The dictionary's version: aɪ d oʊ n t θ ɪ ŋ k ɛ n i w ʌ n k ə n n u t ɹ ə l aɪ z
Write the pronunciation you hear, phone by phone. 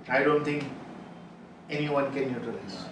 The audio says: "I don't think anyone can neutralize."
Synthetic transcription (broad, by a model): aɪ d oʊ n t t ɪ ŋ k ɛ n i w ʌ n k ə n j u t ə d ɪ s